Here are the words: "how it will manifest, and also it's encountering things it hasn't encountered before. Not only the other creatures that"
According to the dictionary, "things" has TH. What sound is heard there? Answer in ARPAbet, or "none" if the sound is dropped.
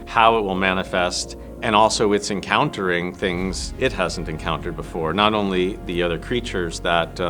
TH